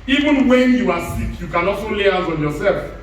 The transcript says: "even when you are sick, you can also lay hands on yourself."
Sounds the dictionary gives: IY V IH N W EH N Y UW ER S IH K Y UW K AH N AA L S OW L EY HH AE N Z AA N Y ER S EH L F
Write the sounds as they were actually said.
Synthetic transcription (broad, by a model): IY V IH N W EH N Y UW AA S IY K Y UW K AH N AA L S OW L EY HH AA Z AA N Y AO S EH L F